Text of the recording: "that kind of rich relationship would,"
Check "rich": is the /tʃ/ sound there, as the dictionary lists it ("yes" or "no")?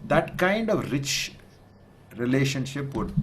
yes